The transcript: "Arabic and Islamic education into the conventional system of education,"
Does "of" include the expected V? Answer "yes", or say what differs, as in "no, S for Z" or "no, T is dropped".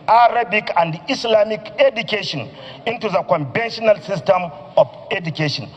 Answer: no, F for V